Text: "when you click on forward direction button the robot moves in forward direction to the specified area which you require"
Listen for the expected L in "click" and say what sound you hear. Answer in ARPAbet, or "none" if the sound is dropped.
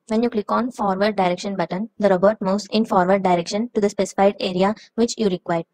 L